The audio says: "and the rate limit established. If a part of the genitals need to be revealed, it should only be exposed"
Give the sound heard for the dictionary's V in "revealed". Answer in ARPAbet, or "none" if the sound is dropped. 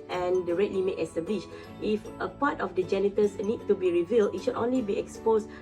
V